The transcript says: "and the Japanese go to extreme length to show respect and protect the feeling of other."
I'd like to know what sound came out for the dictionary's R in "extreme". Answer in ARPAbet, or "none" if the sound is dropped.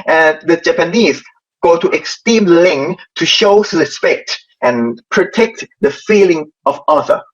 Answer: none